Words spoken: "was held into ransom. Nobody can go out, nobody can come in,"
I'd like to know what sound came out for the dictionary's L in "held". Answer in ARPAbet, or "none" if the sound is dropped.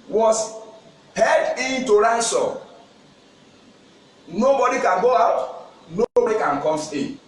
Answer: none